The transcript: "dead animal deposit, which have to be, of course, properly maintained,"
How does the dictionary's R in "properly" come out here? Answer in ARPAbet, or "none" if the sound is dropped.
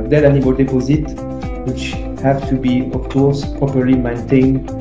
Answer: R